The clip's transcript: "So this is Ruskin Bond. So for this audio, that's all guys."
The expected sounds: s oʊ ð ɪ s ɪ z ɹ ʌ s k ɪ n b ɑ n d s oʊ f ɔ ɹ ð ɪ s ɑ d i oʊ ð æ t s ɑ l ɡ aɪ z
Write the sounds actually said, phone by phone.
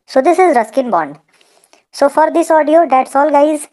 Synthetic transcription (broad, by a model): s oʊ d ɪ s ɪ z ɹ ʌ s k ɪ n b ɑ n d s oʊ f ɔ ɹ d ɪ s ɑ d i oʊ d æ t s ɑ l ɡ aɪ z